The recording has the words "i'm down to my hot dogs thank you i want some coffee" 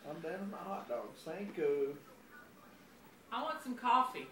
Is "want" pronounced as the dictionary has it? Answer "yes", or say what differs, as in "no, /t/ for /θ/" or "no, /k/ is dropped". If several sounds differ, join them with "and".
yes